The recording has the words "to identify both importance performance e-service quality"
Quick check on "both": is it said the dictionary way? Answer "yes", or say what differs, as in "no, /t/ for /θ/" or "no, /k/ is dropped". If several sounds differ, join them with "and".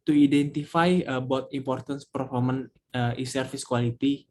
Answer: no, /t/ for /θ/